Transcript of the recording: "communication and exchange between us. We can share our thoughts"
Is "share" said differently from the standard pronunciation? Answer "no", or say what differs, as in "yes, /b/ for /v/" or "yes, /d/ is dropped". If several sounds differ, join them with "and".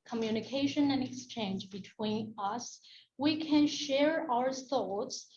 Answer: no